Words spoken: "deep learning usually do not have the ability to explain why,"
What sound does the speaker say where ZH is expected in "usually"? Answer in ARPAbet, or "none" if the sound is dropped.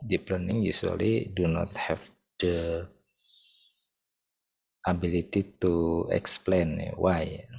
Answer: S